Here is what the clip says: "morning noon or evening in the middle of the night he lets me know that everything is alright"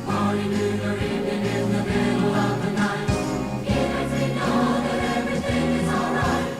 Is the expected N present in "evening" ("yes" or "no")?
no